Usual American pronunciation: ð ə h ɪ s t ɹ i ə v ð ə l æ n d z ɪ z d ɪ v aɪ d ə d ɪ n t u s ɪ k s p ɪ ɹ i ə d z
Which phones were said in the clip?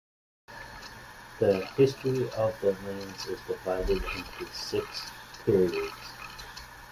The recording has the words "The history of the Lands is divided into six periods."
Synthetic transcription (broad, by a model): ð ə h ɪ s t ɹ i ə v ð ə n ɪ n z ɪ z d ɪ v aɪ d ə d ɪ n t u s ɪ k s p ɪ ɹ i ə d z